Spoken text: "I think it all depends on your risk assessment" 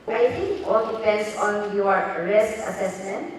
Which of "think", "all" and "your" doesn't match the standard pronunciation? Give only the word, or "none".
think